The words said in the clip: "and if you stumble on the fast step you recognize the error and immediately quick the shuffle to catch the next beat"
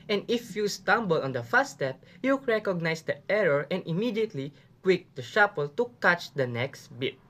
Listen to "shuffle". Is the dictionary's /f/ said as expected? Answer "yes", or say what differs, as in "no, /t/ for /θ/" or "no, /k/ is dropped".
no, /p/ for /f/